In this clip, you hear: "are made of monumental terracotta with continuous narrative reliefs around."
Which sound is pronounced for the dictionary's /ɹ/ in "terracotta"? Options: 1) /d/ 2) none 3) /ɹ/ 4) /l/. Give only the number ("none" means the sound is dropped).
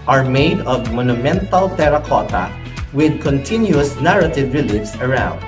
3